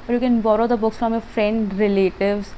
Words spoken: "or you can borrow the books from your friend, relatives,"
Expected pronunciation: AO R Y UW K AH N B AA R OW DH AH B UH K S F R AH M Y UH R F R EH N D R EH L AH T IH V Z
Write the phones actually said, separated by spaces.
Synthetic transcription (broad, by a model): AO R Y UW K AH N B AA R OW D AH B UH K S F R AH M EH F R EH N D R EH L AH T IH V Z